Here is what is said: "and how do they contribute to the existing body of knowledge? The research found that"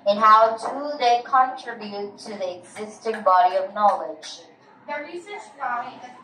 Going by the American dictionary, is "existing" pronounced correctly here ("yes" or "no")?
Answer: yes